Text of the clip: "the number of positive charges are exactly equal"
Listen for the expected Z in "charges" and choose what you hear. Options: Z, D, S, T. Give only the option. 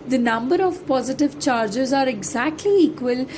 Z